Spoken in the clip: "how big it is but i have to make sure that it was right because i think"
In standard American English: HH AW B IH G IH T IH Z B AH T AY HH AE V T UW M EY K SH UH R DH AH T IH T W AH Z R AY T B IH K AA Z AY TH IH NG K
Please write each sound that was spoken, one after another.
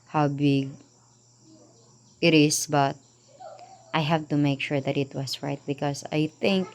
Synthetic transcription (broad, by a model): HH AW B IH G IH T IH S B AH T AY HH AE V T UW M EY K SH UH R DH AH T IH T W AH S R AY T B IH K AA S AY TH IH NG K